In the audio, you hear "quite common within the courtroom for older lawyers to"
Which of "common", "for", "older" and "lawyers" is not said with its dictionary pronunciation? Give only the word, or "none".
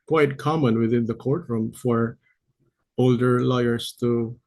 lawyers